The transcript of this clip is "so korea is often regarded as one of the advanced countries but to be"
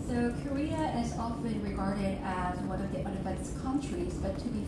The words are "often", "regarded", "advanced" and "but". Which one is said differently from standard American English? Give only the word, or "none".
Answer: advanced